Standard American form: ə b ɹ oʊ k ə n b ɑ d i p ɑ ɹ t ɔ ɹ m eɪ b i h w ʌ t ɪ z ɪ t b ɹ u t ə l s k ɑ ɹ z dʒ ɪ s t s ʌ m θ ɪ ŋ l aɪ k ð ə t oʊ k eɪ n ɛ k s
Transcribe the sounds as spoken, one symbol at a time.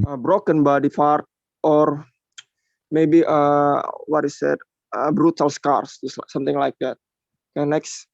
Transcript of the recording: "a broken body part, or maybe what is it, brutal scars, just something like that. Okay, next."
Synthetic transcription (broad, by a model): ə b ɹ oʊ k ə n b ɑ d i f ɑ ɹ t ɔ ɹ m eɪ b i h w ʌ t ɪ s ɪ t b ɹ u t ə l s k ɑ ɹ s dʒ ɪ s s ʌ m t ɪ ŋ l aɪ k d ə t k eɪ n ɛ k s